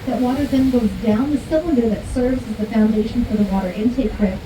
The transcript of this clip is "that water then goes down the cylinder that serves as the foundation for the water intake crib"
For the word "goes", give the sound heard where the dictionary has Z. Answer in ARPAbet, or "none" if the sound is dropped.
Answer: Z